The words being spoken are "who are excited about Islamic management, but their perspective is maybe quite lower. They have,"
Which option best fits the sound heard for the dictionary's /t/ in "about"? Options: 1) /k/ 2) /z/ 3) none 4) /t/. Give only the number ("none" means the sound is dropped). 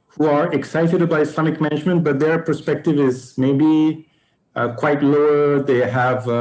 3